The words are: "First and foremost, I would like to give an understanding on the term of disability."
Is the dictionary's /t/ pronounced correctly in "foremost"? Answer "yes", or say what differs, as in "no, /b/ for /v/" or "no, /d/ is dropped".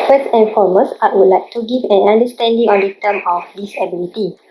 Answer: no, /t/ is dropped